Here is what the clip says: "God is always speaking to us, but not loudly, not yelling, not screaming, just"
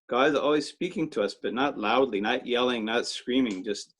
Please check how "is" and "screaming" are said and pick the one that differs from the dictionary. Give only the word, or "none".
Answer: none